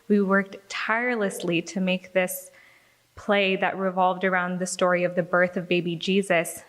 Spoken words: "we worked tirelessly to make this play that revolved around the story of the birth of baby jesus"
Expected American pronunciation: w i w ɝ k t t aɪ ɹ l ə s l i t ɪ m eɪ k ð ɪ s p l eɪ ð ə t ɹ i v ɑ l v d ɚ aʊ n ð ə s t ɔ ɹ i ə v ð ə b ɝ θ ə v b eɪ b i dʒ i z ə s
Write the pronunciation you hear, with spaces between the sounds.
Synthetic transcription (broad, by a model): w i w ɝ k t t aɪ ɹ l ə s l i t ɪ m eɪ k ð ɪ s p l eɪ ð ə t ɹ i v ɑ l v d ɚ aʊ n ð ə s t ɔ ɹ i ə v ð ə b ɝ θ ə v b eɪ b i dʒ i z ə s